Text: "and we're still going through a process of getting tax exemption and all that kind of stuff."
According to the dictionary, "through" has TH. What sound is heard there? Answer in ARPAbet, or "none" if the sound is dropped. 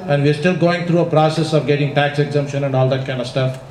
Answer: T